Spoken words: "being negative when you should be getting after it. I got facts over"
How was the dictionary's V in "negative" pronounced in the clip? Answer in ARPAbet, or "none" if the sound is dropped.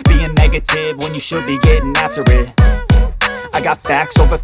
V